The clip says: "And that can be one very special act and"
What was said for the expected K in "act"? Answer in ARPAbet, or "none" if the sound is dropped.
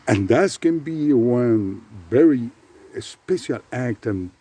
K